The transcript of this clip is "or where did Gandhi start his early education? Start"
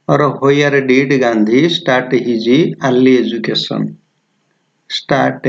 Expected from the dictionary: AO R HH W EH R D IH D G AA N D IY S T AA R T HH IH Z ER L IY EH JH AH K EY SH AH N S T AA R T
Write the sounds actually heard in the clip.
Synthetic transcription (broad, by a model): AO R HH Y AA R D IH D G AA N D IY S T AA R T HH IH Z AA L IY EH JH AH K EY S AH N S T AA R T